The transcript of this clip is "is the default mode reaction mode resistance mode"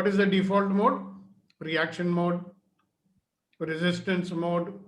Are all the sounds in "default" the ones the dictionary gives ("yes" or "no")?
yes